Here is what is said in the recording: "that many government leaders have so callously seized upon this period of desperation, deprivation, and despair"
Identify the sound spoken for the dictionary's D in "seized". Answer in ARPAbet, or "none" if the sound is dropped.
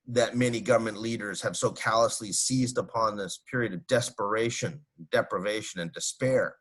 D